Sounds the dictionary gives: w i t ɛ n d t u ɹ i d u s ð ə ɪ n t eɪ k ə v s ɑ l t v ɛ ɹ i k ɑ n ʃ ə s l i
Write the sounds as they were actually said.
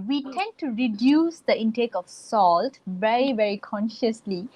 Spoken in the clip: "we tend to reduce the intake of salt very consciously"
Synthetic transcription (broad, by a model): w i t ɛ n d t u ɹ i d u s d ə ɪ n t eɪ k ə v s ɑ l t v ɛ ɹ i k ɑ n ʃ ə s l i